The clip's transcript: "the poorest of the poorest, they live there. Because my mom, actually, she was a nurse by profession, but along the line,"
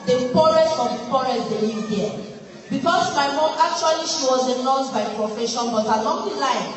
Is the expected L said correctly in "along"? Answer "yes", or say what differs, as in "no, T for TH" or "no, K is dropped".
no, N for L